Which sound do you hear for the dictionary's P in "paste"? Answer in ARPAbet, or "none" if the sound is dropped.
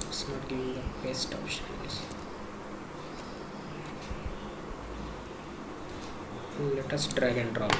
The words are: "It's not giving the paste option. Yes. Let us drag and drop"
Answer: B